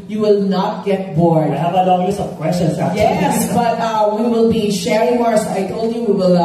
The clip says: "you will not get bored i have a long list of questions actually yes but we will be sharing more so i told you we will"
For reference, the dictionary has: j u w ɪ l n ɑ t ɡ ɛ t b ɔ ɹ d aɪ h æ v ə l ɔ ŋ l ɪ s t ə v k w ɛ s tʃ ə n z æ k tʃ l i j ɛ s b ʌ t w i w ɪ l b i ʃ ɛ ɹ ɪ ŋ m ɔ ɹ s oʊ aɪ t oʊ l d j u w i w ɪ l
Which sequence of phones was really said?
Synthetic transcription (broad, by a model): j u w ɪ l n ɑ t ɡ ɛ t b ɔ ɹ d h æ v ə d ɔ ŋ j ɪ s ə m k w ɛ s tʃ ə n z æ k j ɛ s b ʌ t w i w ɪ l b i ʃ ɛ ɹ ɪ ŋ m ɔ ɹ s aɪ t oʊ l d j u w i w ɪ l